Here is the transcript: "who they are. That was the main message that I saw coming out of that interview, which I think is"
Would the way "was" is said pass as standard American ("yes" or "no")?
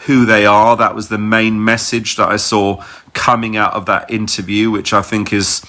yes